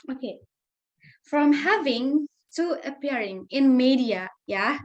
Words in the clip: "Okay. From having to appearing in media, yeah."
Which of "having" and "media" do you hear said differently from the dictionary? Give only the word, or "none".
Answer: none